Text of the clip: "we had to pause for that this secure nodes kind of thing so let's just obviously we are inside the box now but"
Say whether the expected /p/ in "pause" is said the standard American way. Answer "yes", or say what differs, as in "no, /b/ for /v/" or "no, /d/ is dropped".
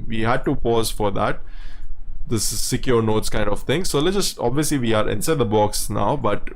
yes